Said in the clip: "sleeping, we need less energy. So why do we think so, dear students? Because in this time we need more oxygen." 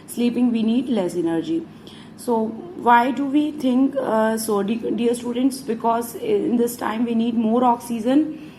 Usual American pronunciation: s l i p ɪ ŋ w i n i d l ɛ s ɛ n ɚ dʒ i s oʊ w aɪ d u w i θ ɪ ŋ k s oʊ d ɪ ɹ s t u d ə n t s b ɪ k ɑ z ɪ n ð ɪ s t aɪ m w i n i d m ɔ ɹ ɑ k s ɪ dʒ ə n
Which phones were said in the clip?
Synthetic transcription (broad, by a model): s l i p ɪ ŋ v i n i d l ɛ s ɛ n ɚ dʒ i s oʊ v aɪ d u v i t ɪ ŋ k s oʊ d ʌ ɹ s t u d ə n t s b ɪ k ɑ z ɪ n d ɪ s t aɪ m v i n i d m ɔ ɹ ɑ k s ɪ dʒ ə n